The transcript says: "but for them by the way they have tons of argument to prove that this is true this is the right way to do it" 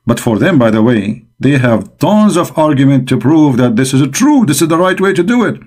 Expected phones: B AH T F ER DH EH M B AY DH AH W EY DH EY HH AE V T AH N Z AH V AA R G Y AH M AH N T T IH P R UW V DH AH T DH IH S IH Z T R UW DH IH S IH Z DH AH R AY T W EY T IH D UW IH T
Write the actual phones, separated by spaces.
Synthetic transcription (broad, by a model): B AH T F ER DH EH M B AY DH AH W EY DH EY HH AE V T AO N Z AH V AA R G Y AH M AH N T T IH P R UW V DH AH T DH IH S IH Z T R UW DH IH S IH Z DH AH R AY T W EY T IH D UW IH T